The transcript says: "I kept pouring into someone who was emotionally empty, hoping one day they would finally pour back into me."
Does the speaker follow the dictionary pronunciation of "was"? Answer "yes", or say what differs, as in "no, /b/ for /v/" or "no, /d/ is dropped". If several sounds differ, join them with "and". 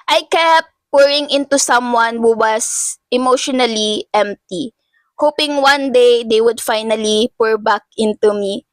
no, /s/ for /z/